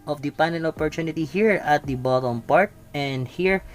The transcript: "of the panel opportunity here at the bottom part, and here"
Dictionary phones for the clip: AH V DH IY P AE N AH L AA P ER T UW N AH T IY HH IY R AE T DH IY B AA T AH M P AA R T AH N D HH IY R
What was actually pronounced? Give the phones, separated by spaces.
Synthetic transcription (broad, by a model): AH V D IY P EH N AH N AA P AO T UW N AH T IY HH IY R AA T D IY B AA T AH M P AA R T AH N D HH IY R